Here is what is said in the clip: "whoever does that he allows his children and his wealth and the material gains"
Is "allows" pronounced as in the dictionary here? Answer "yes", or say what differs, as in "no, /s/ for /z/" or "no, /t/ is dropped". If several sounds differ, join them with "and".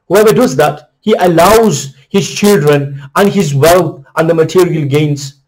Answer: yes